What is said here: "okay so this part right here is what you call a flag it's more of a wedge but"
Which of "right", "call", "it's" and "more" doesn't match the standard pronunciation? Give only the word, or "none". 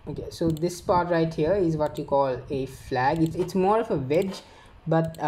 none